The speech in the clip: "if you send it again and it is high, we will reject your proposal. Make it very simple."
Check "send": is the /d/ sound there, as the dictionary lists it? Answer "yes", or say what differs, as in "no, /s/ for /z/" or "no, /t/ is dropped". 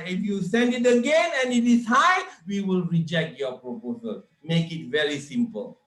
yes